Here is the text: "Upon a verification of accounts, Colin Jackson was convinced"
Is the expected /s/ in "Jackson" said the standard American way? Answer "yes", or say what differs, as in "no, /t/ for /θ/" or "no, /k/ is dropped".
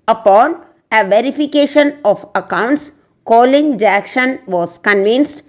no, /ʃ/ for /s/